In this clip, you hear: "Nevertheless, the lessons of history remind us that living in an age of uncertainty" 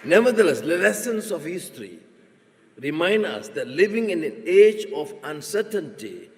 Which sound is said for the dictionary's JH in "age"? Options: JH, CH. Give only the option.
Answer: JH